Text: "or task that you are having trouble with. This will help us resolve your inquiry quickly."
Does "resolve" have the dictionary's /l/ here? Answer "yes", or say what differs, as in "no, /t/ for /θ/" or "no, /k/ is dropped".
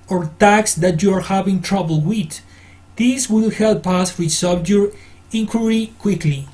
no, /l/ is dropped